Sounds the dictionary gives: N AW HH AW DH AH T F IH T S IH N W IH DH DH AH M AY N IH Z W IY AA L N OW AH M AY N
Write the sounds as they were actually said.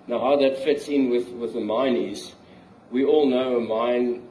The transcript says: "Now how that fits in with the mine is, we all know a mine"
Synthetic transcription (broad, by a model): N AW HH AW DH AH T F IH T S IH N W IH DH DH AH M AY N IH Z W IY AA L N OW AH M AY N